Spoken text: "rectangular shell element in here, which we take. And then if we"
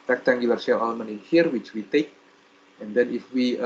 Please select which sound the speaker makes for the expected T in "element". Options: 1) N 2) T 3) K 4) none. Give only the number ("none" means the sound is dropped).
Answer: 4